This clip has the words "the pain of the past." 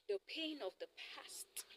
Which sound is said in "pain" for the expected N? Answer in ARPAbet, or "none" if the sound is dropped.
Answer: N